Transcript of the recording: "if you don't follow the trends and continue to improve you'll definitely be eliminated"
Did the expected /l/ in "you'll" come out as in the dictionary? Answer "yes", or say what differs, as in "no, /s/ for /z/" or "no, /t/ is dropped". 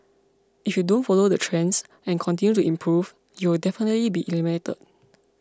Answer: no, /w/ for /l/